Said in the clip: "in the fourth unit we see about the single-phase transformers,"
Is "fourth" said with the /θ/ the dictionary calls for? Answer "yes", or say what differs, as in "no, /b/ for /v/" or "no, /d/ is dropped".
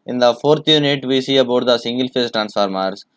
no, /t/ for /θ/